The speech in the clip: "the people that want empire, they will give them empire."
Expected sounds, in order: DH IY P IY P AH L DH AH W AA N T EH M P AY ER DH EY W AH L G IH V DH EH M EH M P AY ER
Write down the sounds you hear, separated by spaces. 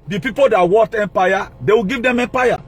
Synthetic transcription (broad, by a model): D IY P IY P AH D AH W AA T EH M P AY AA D EY W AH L G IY V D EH M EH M P AY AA